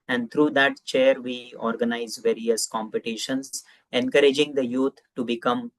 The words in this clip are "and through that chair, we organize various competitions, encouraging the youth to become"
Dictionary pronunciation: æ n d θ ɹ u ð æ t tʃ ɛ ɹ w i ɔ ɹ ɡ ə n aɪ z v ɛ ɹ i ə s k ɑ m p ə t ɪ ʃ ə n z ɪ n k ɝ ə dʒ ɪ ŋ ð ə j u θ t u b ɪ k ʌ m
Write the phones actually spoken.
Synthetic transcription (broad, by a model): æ n d t ɹ u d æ t tʃ ɛ ɹ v i ɔ ɹ ɡ ə n aɪ z v ɛ ɹ i ə s k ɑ m p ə t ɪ ʃ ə n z ɪ n k ɝ ə dʒ ɪ ŋ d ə j u t t u b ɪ k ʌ m